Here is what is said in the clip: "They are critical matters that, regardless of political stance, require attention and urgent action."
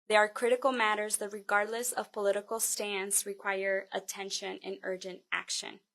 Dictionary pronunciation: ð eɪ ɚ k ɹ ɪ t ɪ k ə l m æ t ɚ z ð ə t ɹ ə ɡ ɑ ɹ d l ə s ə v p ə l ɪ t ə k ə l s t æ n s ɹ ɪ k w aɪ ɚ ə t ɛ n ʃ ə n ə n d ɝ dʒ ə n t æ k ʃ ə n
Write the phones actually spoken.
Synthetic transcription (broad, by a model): ð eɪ ɚ k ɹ ɪ t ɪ k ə l m æ t ɚ z ð ə t ɹ ə ɡ ɑ ɹ d l ə s ə v p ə l ɪ t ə k l s t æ n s ɹ ɪ k w aɪ ɚ ə t ɛ n ʃ ə n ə n ɝ dʒ ə n t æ k ʃ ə n